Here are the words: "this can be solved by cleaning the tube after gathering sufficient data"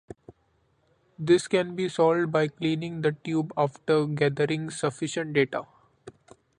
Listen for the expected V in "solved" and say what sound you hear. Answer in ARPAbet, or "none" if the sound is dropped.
none